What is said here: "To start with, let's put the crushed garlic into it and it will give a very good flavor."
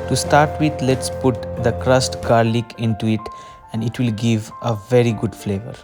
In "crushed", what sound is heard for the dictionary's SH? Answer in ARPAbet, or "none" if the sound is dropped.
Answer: S